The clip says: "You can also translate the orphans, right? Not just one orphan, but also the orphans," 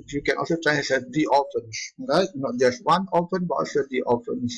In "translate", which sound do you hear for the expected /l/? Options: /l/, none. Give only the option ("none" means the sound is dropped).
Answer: none